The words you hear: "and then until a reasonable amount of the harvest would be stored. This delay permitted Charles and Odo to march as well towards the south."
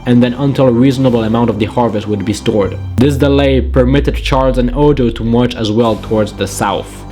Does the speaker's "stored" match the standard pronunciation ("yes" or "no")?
yes